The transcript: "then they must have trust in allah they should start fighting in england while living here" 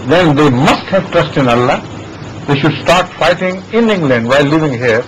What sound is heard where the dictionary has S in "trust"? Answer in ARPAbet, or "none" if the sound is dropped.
S